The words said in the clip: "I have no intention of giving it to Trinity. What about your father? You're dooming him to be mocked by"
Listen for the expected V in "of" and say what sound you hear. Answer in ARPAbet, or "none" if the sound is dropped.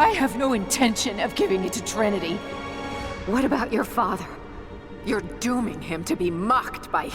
V